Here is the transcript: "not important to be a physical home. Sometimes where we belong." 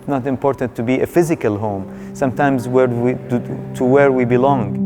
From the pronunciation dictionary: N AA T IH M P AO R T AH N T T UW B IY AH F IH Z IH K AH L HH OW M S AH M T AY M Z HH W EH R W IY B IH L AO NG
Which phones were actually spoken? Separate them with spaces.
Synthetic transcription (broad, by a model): N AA T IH M P AO R T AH N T T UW B IY AH F IH Z IH K AH L HH OW M S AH M T AY M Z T W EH R W IY B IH L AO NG